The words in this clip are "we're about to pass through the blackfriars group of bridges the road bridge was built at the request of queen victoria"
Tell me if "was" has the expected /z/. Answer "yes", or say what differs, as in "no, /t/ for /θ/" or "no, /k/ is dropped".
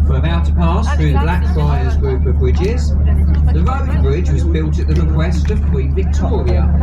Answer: yes